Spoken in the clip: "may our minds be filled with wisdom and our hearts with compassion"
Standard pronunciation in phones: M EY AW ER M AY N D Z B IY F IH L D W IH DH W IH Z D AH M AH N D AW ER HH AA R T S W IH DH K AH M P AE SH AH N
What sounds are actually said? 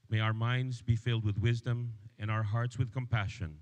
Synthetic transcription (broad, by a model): M EY AW ER M AY N D Z B IY F IH L D W IH DH W IH Z D AH M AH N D AW ER HH AA R T S W IH DH K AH M P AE SH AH N